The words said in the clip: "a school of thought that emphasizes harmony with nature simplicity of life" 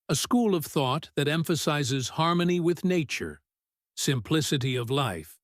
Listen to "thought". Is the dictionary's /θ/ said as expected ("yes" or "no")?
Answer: yes